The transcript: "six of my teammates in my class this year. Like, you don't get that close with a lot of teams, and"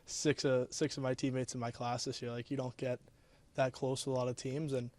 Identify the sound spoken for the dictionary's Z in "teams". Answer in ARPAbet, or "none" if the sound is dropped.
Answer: Z